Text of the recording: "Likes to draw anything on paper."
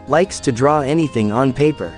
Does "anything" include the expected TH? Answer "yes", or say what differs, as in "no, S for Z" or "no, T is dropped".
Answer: yes